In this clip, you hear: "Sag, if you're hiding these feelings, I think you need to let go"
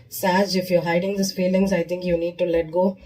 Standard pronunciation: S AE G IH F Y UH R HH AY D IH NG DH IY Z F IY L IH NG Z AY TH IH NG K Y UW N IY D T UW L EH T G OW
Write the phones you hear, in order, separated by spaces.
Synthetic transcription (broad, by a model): S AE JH IH F Y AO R HH AY D IH NG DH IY S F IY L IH NG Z AY T IH NG K Y UW N IY D T UW L EH T G OW